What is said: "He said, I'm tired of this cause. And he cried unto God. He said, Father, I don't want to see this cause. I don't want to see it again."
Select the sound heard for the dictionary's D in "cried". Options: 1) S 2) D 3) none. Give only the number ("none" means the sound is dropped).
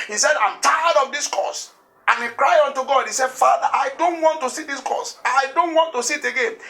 3